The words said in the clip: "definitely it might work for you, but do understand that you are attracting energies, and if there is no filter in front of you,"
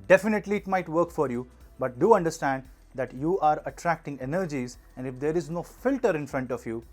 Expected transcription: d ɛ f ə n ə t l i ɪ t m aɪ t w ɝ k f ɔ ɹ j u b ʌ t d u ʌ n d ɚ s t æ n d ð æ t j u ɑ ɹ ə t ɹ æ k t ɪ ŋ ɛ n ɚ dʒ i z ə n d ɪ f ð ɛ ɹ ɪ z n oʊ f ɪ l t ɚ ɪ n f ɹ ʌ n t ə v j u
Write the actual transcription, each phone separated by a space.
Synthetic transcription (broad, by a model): d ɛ f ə n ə t l i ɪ t m aɪ t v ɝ k f ɔ ɹ j u b ʌ t d u ʌ n d ɚ s t æ n d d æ t j u ɑ ɹ ə t ɹ æ k t ɪ ŋ ɛ n ɚ dʒ i z ə n d ɪ f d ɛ ɹ ɪ z n oʊ f ɪ l t ɚ ɪ n f ɹ ʌ n t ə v j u